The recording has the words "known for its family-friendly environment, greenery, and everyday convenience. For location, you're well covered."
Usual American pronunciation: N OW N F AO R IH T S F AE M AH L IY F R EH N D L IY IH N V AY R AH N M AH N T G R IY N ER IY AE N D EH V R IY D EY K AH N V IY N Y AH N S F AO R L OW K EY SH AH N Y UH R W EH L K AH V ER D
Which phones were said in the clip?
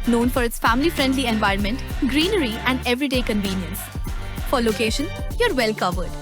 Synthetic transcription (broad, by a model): N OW N F AO R IH T S F AE M AH L IY F R EH N D L IY IH N V AY R AH N M AH N T G R IY N ER IY AE N D EH V R IY D EY K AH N V IY N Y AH N S F AO R L OW K EY SH AH N Y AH R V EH L K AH V ER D